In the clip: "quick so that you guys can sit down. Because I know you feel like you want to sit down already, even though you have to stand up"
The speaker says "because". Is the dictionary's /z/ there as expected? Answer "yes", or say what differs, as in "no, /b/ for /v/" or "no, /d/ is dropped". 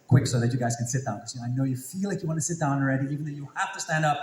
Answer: no, /z/ is dropped